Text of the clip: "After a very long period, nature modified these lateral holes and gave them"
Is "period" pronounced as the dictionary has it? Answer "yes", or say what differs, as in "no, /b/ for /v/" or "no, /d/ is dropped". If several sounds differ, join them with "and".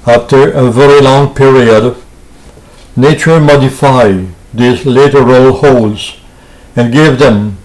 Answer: yes